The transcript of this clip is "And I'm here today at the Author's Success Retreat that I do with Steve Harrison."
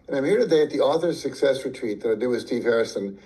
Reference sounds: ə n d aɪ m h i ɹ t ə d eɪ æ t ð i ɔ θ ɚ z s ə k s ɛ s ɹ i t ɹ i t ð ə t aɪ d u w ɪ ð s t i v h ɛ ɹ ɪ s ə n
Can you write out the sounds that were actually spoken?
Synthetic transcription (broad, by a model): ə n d aɪ m h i ɹ t ə d eɪ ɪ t ð i ɔ θ ɚ z s ə k s ɛ s ɹ i t ɹ i t ð ə t aɪ d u w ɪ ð s t i v h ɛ ɹ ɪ s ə n